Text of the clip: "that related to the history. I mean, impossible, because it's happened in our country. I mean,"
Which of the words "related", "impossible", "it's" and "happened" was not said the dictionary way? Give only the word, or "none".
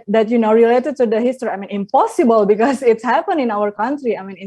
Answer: happened